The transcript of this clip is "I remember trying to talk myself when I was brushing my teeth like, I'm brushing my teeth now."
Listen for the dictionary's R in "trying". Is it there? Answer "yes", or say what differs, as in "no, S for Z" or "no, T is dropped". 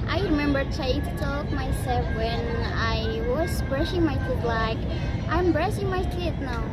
no, R is dropped